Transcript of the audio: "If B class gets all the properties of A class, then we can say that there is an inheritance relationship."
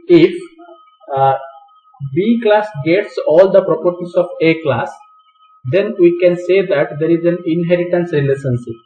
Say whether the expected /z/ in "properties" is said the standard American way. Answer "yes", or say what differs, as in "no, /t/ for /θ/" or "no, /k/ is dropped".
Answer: no, /s/ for /z/